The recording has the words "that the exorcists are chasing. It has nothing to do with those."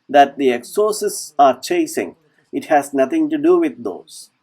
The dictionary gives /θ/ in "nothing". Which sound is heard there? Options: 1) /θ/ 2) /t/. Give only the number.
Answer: 2